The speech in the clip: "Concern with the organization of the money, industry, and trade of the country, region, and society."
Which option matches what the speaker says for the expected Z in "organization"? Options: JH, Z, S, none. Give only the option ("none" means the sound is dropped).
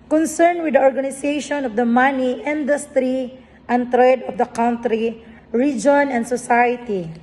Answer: S